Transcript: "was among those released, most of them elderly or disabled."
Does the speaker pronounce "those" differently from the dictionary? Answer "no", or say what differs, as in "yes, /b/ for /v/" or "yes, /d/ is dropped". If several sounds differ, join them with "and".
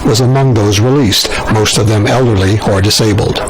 no